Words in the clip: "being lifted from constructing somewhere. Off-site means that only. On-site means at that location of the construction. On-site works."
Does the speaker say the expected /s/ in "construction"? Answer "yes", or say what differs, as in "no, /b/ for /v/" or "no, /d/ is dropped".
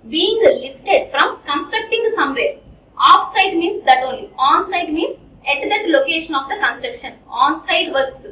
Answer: yes